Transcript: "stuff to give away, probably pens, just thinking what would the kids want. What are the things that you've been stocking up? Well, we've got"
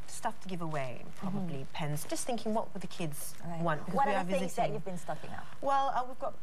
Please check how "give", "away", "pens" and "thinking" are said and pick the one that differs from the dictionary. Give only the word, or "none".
none